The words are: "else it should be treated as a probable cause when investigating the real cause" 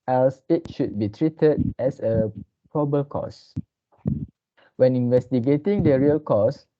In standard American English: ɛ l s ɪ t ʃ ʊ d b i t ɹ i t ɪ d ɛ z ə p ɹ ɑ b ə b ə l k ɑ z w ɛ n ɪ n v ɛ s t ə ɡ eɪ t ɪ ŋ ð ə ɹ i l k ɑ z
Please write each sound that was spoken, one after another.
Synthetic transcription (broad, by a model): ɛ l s ɪ t ʃ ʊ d b i t ɹ i t ɪ d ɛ s ə p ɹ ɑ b b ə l k ɑ s w ɛ n ɪ n v ɛ s t ə ɡ eɪ t ɪ ŋ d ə ɹ i l k ɑ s